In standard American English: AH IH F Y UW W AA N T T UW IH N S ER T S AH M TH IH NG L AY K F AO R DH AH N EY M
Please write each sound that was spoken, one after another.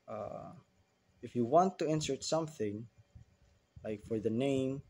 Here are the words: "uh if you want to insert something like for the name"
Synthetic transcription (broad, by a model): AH IH F Y UW W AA N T T UW IH N S ER T S AH M TH IH NG L AY K F AO R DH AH N EY M